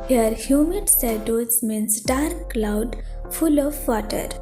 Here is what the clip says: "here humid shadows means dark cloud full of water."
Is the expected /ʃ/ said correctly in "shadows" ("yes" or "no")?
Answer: no